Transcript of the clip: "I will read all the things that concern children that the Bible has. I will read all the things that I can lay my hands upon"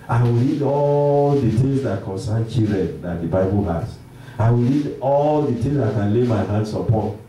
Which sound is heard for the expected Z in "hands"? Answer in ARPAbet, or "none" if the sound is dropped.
S